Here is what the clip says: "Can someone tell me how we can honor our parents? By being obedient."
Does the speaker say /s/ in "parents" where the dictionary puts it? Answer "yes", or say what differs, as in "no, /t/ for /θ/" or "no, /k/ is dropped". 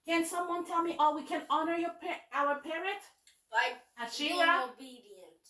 no, /s/ is dropped